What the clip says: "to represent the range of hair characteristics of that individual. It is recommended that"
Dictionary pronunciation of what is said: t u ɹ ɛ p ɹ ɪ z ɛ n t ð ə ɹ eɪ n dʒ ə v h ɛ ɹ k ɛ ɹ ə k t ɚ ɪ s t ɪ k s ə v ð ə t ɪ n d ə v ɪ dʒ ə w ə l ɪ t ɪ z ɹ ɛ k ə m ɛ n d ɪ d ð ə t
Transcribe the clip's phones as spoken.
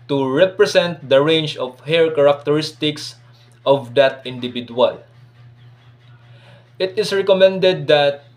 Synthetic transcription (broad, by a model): t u ɹ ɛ p ɹ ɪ s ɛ n t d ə ɹ eɪ n dʒ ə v h ɛ ɹ k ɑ ɹ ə k t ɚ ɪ s t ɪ k s ə v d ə t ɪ n d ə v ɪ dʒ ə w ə l ɪ t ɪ s ɹ ɛ k ə m ɛ n d ɪ d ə t